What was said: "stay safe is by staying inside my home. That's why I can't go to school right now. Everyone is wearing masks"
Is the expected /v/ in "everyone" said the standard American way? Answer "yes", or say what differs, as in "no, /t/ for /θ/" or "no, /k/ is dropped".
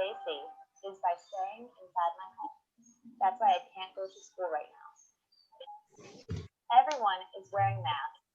yes